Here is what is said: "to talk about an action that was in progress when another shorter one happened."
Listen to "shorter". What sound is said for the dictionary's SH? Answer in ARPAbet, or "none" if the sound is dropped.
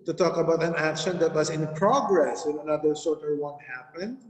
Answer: S